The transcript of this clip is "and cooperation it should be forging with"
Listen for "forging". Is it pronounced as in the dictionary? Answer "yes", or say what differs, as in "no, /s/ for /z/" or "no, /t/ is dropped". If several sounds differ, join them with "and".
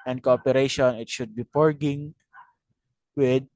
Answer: no, /p/ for /f/